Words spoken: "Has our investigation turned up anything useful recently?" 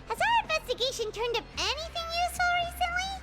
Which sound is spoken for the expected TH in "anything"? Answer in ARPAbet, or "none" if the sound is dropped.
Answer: TH